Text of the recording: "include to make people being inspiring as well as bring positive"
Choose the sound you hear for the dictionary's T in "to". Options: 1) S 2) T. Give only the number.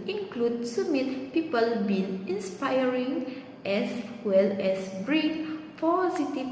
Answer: 1